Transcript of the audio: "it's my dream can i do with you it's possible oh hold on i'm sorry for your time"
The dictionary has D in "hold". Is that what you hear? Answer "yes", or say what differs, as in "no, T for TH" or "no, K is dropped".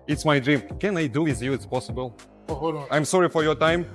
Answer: no, D is dropped